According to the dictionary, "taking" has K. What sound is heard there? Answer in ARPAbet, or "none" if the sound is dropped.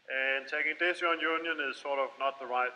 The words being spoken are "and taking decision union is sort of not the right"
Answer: K